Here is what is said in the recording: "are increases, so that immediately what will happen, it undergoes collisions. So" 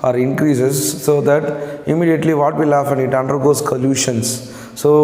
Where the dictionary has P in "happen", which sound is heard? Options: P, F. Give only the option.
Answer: F